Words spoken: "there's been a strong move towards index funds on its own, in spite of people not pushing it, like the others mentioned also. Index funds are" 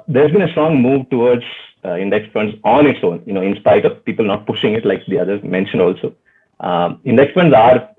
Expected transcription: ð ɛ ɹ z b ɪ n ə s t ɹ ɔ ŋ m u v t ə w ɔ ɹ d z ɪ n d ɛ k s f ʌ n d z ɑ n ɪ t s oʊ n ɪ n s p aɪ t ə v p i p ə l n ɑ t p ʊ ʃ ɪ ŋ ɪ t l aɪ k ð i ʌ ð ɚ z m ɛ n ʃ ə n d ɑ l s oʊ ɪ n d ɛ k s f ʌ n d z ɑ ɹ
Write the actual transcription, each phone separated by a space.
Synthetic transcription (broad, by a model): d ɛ ɹ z b ɪ n ə s t ɹ ɔ ŋ m u v t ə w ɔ ɹ d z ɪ n d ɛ k s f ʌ n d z ɑ n ɪ t s oʊ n ɪ n s p aɪ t ə v p i p ə l n ɑ t p ʊ ʃ ɪ ŋ ɪ t l aɪ k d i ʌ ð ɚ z m ɛ n ʃ ə n d ɑ l s oʊ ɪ n d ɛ k s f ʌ n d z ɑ ɹ